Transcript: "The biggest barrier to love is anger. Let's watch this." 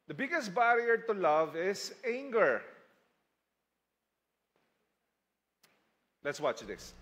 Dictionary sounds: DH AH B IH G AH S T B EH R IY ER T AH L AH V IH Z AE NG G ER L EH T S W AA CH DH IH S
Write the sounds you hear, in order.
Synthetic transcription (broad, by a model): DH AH B IH G AH S T B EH R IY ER T AH L AH V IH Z AE NG G ER L EH T S W AA CH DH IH S